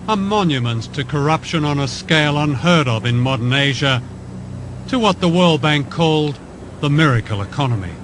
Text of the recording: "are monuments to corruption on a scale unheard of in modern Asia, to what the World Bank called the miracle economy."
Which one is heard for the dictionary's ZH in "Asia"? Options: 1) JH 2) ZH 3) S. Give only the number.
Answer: 2